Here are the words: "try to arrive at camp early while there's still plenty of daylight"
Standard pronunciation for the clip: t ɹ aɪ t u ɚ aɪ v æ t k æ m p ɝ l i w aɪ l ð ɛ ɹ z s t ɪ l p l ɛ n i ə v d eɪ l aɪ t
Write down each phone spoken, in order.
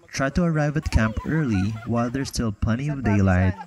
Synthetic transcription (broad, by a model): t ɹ aɪ t u ɚ aɪ v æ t k æ m p ɝ l i w aɪ l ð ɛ ɹ s t ɪ l p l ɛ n i ə v d eɪ l aɪ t